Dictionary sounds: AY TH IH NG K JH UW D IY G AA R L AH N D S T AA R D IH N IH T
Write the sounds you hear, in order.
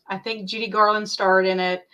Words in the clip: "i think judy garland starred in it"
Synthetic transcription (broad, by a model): AY TH IH NG K JH UW D IY G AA R L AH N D S T AA R D IH N IH T